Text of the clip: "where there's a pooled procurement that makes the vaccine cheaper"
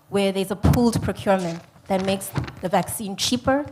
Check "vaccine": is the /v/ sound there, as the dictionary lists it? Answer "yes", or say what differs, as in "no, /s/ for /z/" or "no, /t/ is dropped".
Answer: yes